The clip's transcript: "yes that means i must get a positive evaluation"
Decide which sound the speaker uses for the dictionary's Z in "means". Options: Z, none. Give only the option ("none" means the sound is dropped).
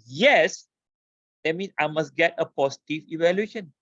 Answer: none